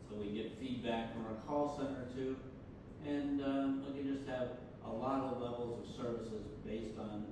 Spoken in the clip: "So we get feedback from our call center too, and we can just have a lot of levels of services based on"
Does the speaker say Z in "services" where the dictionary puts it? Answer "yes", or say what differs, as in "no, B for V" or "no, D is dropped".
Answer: yes